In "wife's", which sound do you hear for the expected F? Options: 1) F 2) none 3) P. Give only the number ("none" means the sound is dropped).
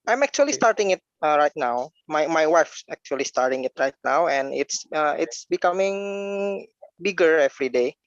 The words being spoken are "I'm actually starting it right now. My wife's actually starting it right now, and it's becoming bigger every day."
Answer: 1